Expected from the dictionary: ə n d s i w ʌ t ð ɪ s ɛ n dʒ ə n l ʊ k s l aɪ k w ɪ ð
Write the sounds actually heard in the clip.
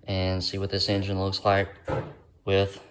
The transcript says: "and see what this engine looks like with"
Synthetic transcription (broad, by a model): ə n s i w ʌ t ð ɪ s ɛ n dʒ ə n l ʊ k s l aɪ k w ɪ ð